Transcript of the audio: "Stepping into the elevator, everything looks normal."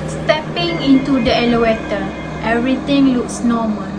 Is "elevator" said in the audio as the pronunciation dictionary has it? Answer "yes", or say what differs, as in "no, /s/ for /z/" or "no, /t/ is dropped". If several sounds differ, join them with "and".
no, /w/ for /v/